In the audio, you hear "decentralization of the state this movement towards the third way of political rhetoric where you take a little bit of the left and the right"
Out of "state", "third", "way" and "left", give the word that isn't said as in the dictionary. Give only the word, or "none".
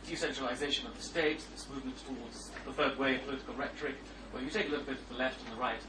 third